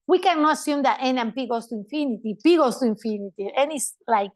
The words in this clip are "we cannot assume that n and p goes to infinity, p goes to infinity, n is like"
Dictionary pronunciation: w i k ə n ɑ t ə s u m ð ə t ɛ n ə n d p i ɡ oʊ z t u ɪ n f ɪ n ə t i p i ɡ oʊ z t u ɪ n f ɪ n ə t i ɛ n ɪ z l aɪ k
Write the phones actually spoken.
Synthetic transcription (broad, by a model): w i k ə n ɑ t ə s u m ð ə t ɛ n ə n p i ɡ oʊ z t u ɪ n f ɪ n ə t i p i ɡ oʊ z t u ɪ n f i n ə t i ɛ n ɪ s l aɪ k